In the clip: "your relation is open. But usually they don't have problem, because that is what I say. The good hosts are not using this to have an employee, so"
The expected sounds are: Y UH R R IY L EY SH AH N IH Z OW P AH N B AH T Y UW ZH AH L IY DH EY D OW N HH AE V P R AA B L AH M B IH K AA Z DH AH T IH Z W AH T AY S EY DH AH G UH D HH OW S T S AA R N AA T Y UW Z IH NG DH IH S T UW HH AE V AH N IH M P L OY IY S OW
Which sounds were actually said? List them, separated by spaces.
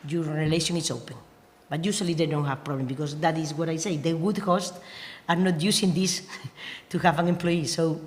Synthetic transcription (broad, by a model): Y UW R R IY L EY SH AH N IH S OW P AH N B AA T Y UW S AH L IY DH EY D OW N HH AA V P R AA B L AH M B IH K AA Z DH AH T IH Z W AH T AY S EY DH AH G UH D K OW S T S AA R N AA T Y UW S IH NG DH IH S T UW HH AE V AH N IH M P L OY IY S OW